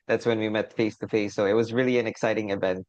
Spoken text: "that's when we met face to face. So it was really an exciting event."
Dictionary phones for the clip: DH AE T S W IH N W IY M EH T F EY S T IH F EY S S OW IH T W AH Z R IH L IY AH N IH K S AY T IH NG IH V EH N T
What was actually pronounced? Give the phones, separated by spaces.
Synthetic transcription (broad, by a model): DH AE T S W IH N W IY M EH T F EY S T IH F EY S S OW IH T W AH Z R IH L IY AH N IH K S AY T IH NG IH V EH N T